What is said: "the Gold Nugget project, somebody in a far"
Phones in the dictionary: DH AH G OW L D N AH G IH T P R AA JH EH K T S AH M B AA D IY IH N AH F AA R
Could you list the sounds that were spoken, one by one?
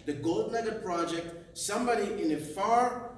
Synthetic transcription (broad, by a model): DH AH G OW L D N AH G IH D P R AA JH EH K T S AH M B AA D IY IH N AH F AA R